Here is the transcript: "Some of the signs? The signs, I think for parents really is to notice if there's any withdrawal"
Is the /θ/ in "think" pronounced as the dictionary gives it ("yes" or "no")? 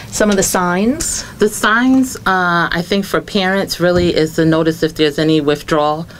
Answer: yes